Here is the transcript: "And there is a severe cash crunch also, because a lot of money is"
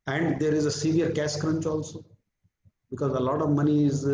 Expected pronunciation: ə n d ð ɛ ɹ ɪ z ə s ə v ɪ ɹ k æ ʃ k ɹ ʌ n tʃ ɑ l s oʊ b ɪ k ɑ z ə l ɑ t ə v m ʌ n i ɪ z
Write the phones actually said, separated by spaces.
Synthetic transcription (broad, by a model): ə n d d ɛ ɹ ɪ z ə s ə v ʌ ɹ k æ s k ɹ ʌ n tʃ ɑ l s oʊ b ɪ k ɑ z ə l ɑ t ə v m ʌ n i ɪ z